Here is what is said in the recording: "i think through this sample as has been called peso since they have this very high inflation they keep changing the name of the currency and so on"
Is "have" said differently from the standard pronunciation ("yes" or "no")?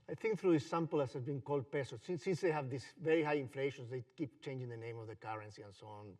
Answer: no